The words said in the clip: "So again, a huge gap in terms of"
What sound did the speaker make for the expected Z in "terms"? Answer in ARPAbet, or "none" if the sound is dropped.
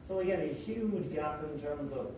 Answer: Z